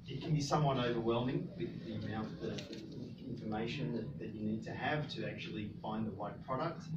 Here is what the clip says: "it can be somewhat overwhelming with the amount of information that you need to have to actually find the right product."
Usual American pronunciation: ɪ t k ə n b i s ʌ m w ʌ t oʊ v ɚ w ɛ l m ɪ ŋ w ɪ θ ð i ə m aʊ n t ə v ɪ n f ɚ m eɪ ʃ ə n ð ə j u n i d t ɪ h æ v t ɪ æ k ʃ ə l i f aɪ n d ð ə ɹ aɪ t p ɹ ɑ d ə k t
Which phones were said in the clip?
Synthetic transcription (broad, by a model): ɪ t k n b i s ʌ m w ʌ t oʊ v ɚ w ɛ l m ɪ ŋ w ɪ ð i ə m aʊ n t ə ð ɪ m f ɚ m eɪ ʃ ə n ð ə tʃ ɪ n i d t ɪ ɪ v t ɪ æ k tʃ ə l i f aɪ n ð ə ɹ aɪ t p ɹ ɑ d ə k t